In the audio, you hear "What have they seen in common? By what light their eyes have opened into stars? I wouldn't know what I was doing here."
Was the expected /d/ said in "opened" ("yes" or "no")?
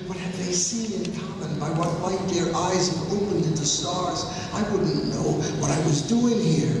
yes